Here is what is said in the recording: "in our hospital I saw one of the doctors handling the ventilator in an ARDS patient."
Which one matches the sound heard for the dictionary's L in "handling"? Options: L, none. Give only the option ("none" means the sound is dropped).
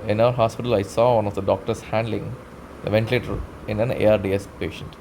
L